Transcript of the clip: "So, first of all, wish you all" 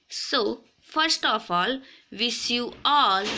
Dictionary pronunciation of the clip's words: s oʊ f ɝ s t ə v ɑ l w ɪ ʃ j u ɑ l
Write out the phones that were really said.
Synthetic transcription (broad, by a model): s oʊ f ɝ s t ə f ɑ l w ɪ s j u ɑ l